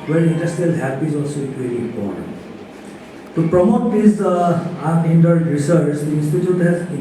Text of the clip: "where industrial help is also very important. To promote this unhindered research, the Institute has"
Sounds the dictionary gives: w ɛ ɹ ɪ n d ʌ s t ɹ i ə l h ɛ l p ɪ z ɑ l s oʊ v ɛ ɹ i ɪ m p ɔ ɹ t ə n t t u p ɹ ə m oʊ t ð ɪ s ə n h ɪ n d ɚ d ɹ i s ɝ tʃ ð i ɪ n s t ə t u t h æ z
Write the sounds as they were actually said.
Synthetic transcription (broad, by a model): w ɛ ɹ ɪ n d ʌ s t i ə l h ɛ p ɪ z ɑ l s oʊ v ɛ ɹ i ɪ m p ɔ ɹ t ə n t t u p ɹ ə m oʊ t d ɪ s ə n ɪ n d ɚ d ɹ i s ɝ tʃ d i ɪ n s t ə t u t h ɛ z